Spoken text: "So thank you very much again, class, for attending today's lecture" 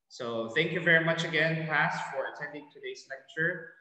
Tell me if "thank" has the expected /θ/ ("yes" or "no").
yes